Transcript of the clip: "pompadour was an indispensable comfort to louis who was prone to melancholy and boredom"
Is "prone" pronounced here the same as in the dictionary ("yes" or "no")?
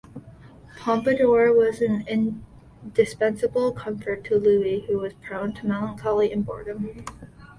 yes